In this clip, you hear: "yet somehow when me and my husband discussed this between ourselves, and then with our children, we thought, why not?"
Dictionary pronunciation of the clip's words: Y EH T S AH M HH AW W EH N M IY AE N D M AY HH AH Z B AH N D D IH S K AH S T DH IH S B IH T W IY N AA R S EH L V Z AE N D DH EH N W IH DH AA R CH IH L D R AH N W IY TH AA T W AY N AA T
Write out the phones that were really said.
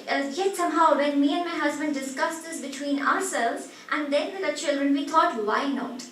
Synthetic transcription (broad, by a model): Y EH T S AH M HH AW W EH N M IY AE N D M AY HH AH Z B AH N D D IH S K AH S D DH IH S B IH T W IY N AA R S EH L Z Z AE N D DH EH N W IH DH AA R CH IH L D R AH N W IY T AA T W AY N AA T